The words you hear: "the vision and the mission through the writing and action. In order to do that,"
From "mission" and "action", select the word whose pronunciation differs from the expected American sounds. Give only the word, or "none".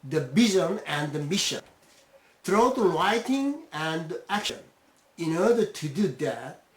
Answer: none